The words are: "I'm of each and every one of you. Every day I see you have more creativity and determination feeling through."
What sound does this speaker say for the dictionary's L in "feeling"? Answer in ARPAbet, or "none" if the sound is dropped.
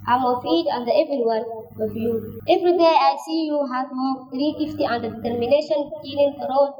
N